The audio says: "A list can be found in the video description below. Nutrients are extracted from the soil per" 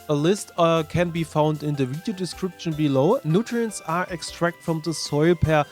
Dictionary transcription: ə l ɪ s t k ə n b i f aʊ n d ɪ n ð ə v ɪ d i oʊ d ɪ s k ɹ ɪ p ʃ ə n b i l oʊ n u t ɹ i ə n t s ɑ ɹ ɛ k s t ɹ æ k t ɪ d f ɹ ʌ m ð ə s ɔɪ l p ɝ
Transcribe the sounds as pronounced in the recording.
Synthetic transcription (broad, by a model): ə l ɪ s t k ə n b i f aʊ n d ɪ n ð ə v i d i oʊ d ɪ s k ɹ ɪ p ʃ ə n b i l oʊ n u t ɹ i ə n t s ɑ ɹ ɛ k s t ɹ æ k t f ɹ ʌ m ð ə s ɔɪ l p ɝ